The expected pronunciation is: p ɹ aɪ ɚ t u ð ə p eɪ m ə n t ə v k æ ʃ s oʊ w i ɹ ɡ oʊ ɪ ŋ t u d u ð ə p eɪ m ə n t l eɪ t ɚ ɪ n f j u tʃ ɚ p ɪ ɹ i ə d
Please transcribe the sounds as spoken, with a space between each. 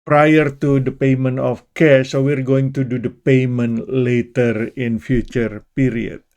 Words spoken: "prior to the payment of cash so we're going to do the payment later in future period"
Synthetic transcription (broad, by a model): p ɹ aɪ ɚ t u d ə p eɪ m ə n t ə f k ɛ s oʊ w i ɹ ɡ oʊ ɪ ŋ t u d u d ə p eɪ m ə n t l eɪ t ɚ ɪ n f j u tʃ ɚ p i ɹ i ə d